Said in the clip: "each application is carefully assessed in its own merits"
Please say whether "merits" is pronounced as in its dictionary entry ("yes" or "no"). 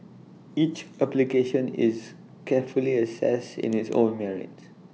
no